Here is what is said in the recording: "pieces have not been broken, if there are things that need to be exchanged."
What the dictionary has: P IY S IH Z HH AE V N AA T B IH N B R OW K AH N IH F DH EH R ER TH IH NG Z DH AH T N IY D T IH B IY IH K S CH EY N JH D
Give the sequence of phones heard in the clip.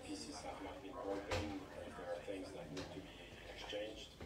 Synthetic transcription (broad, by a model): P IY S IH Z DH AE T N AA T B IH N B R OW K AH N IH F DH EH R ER TH IH NG Z DH AH T N IY D T IH B IY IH K S CH EY N JH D